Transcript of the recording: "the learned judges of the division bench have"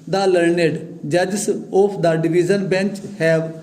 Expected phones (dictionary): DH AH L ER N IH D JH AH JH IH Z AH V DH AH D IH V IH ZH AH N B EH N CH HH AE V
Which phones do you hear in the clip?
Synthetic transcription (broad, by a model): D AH L ER N IH D JH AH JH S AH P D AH D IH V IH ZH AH N B EH N CH HH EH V